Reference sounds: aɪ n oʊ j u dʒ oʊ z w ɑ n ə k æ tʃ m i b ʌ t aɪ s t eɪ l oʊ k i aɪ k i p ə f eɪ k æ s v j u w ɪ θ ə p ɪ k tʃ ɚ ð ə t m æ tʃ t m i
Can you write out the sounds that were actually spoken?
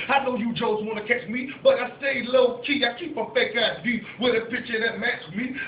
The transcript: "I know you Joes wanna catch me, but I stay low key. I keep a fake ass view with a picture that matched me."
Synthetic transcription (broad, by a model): aɪ n oʊ j u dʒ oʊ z w ɑ n ə k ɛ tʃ m i b ʌ t aɪ s t eɪ l oʊ k i aɪ k i p ə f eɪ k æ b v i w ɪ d ə p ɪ tʃ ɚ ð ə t m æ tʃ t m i